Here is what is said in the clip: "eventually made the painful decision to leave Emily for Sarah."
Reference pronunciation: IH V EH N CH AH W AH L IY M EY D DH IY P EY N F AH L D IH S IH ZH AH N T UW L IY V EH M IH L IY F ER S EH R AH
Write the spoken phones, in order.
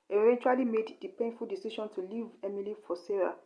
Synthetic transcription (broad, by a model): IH V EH N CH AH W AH L IY M EY D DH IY P EY N F AH L D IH S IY SH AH N T UW L IY V EH M IH L IY F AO S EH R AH